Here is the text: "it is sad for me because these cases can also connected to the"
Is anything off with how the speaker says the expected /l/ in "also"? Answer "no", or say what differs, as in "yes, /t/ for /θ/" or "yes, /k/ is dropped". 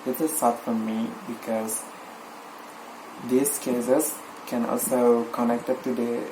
no